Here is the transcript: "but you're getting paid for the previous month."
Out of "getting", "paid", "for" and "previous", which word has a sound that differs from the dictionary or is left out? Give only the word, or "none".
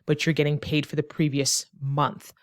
none